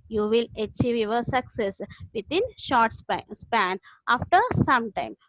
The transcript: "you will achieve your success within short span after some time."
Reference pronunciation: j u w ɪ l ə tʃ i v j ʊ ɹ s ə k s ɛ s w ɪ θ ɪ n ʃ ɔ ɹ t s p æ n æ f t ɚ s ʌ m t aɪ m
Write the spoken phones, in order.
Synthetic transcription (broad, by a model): j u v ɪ l ə tʃ i v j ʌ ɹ s ə k s ɛ s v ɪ t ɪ n ʃ ɔ ɹ t s p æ n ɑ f t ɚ s ʌ m t aɪ m